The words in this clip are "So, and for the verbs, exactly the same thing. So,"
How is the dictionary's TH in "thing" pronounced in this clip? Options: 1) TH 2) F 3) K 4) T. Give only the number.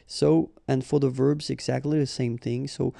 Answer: 1